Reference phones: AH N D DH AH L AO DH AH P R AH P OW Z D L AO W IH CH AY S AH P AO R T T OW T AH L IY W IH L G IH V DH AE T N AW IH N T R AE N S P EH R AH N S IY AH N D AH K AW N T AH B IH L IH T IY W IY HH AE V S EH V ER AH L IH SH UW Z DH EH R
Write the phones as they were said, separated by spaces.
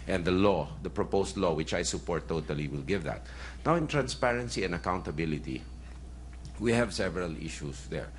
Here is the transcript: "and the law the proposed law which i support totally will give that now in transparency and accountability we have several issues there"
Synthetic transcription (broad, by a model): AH N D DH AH L AO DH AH P R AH P OW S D L AO W IH CH AY S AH P AO R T T OW T AH L IY W IH L G IH V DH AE T N AW IH N T R AE N S P EH R AH N S IY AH N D AH K AW N T AH B IH L IH T IY W IY HH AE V S EH V ER AH L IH SH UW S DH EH R